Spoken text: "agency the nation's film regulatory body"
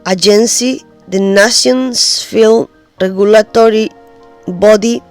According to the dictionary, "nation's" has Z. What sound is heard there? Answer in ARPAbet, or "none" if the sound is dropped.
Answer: S